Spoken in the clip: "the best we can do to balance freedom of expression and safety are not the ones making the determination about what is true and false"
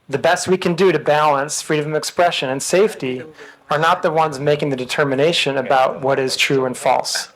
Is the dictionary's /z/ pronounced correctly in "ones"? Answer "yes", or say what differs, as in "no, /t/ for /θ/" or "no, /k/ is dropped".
yes